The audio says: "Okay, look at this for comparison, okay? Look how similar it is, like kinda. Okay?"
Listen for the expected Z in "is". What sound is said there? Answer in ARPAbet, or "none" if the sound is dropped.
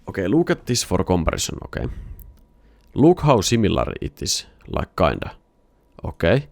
S